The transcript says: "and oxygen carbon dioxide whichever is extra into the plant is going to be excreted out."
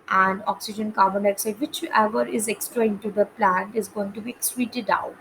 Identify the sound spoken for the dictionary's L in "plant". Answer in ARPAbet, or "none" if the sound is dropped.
L